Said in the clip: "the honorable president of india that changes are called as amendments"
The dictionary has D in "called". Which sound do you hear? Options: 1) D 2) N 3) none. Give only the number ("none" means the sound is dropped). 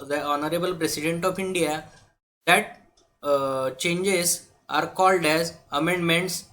1